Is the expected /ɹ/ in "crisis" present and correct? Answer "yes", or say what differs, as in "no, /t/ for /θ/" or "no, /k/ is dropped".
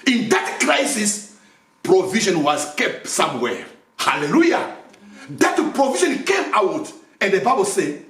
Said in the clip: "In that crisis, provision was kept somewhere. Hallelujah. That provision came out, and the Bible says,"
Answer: yes